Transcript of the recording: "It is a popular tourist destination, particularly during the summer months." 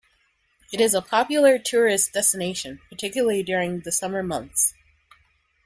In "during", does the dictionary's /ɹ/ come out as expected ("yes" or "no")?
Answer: yes